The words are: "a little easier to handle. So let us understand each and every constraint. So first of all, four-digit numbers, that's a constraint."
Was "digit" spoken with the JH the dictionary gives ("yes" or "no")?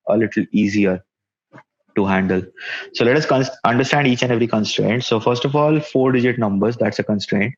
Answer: yes